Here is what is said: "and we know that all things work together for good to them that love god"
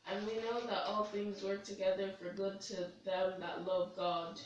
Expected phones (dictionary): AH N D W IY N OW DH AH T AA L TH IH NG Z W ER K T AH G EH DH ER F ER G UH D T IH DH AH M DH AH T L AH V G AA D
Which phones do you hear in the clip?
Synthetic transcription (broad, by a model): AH N W IY N OW DH AH T AA L TH IH NG Z W ER K T AH G EH DH ER F ER G UH D T IH DH AH M DH AH T L AH V G AA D